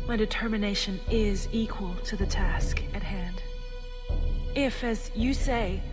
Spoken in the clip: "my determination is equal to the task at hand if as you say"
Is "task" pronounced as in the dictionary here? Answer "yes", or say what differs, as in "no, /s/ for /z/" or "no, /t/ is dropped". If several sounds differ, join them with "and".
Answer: yes